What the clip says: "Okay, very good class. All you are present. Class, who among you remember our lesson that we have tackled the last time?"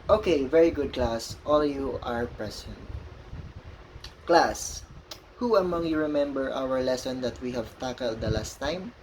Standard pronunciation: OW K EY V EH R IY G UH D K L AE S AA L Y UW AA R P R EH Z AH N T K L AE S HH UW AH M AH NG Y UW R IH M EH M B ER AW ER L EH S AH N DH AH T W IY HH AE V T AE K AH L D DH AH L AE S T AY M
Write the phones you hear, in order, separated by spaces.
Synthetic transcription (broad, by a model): OW K EY V EH R IY G UH D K L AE S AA L Y UW AA R P R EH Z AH N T K L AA S HH UW AH M AH NG Y UW R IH M EH M B ER AW ER L EH S AH N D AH T W IY HH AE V T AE K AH L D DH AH L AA S T AY M